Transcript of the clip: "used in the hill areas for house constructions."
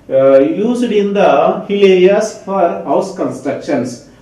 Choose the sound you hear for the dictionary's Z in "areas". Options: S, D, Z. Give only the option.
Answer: S